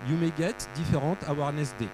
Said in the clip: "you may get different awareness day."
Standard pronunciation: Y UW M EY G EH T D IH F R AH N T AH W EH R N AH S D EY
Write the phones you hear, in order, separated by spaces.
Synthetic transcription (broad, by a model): Y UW M EY G EH T D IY F R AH T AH W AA R N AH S D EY